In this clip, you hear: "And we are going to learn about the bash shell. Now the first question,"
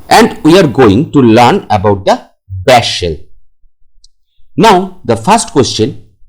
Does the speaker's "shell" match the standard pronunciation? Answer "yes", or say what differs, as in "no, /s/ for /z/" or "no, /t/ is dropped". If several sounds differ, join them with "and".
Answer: yes